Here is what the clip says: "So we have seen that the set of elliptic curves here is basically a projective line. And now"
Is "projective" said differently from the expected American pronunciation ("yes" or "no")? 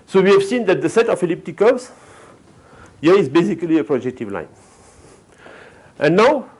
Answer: no